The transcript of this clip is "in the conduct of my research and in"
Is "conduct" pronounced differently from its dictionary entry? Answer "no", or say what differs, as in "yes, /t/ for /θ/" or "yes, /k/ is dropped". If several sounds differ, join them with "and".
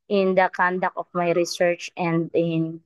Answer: yes, /t/ is dropped